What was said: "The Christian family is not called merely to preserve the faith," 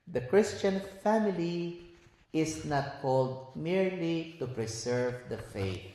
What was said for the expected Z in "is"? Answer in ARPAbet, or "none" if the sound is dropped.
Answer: S